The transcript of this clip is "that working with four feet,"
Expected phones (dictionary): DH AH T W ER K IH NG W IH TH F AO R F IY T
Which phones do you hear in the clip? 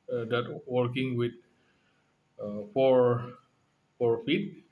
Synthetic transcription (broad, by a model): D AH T W ER K IH NG W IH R F AO R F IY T